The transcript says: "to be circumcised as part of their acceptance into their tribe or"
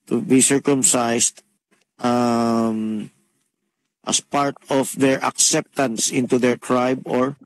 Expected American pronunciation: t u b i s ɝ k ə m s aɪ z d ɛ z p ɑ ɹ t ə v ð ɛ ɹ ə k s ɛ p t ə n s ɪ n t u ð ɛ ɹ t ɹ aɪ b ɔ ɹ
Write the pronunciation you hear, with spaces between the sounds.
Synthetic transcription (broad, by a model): t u b i s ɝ k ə m s aɪ s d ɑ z p ɑ ɹ t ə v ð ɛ ɹ ə k s ɛ p t ə n s ɪ n t u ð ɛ ɹ t ɹ aɪ b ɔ ɹ